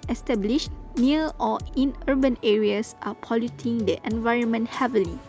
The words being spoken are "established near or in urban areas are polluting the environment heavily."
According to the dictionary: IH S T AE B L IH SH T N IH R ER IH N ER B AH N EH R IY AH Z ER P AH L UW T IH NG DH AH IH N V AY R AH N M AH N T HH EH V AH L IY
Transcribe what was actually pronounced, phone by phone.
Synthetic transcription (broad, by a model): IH S T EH B L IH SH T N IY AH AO IH N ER B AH N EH R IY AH S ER P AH L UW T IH NG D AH IH N V AY R AH N M AH N T HH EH V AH L IY